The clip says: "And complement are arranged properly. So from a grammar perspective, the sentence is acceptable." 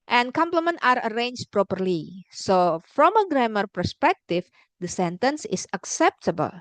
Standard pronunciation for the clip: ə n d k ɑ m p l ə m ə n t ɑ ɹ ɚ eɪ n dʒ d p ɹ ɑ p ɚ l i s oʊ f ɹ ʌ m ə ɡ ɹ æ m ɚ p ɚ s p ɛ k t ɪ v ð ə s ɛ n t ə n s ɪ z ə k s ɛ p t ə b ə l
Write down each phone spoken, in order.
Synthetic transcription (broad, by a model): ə n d k ɑ m p l ə m ə n t ɑ ɹ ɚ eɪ n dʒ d p ɹ ɑ p ɚ l i s oʊ f ɹ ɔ m ə ɡ ɹ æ m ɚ p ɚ s p ɛ k t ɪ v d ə s ɛ n t ə n s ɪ s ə k s ɛ p t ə b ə l